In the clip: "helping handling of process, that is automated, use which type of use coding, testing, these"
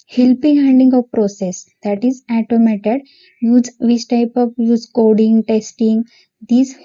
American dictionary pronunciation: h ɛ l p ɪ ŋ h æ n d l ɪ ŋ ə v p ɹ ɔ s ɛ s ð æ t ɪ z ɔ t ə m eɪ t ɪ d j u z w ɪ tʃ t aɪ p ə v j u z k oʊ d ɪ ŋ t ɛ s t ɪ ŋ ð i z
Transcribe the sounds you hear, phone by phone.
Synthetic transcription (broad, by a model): h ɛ l p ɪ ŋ h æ n d ɪ ŋ ə v p ɹ ɔ s ɛ s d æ t ɪ z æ t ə m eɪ t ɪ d j u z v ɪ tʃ t aɪ p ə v j u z k oʊ d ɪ ŋ t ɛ s t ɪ ŋ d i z